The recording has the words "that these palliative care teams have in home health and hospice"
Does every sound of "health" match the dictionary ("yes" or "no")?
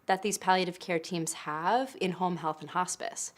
yes